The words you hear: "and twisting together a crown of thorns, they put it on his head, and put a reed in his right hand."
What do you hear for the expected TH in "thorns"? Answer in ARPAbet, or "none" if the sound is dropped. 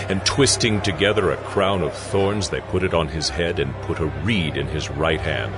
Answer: TH